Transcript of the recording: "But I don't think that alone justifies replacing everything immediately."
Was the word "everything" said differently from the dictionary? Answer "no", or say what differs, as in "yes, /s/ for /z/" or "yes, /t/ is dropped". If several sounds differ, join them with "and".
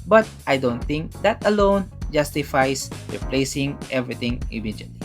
yes, /t/ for /θ/